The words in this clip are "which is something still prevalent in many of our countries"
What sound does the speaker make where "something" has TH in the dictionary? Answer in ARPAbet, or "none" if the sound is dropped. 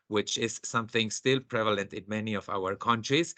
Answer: TH